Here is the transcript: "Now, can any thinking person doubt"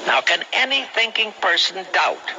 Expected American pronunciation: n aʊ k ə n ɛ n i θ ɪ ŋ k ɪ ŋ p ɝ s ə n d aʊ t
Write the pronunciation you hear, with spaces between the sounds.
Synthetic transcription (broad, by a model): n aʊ k ə n ɛ n i θ ɪ ŋ k ɪ ŋ p ɝ s ə n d aʊ t